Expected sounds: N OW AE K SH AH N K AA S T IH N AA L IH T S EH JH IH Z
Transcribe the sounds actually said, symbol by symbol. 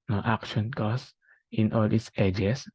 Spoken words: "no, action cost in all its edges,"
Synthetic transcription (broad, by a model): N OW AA K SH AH N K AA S IH N AA L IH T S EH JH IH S